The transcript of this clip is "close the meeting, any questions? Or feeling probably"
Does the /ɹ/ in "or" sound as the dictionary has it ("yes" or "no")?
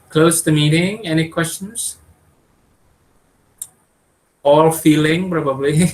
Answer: no